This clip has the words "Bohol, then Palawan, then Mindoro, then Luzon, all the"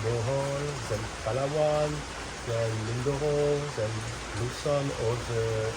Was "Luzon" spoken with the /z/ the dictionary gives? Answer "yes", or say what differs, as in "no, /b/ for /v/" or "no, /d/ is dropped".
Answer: no, /s/ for /z/